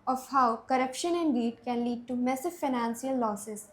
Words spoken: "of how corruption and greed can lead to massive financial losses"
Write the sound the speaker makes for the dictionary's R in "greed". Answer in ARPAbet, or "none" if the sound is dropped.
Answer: none